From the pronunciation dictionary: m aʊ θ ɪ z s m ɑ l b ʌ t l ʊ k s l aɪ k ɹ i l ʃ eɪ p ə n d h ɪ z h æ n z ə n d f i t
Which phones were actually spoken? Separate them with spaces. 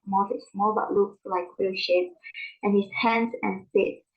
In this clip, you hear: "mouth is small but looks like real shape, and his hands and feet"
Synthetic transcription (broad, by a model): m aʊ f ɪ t s m ɑ l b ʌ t l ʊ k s l aɪ k w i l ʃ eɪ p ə n h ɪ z h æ n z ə n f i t